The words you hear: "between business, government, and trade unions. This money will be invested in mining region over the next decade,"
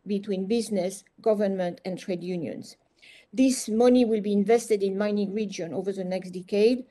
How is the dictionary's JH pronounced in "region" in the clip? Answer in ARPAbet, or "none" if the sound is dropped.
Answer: JH